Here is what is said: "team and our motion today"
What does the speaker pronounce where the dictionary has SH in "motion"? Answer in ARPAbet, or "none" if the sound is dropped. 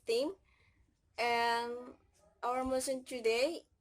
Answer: S